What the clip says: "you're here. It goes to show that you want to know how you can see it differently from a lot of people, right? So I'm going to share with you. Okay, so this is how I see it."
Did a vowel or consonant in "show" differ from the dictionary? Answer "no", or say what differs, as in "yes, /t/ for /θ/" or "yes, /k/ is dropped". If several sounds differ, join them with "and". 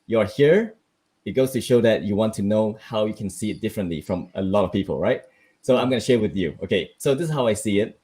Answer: no